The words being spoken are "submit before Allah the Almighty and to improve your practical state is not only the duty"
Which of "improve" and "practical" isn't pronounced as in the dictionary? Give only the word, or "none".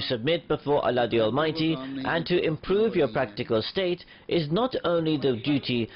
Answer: none